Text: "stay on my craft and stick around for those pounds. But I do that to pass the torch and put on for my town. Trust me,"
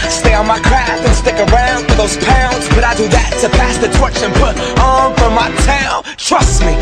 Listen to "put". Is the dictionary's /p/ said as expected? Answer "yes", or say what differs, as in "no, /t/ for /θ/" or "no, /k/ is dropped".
yes